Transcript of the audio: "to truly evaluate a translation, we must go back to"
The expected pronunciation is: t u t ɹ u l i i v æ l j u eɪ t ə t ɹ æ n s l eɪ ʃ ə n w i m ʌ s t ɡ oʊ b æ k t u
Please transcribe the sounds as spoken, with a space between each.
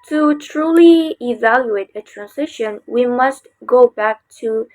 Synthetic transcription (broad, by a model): t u t ɹ u l i i v æ l j u eɪ t ə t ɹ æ n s ɪ ʃ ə n w i m ʌ s t ɡ oʊ b æ k t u